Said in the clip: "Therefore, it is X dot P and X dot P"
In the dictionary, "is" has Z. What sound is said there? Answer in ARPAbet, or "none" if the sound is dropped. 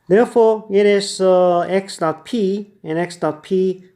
S